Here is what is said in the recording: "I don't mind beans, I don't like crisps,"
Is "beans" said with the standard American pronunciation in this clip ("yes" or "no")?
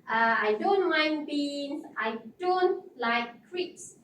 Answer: no